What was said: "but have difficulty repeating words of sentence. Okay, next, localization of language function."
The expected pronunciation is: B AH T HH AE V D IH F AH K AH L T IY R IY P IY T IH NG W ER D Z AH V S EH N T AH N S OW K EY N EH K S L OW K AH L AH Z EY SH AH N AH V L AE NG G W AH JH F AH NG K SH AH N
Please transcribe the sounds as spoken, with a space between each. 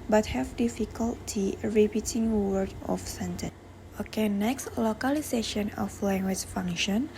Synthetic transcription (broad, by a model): B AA T HH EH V D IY F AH K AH L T IY R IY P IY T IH NG W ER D AH F S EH N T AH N OW K EY N EH K S L OW K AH L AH S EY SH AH N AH F L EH NG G W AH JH F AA NG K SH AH N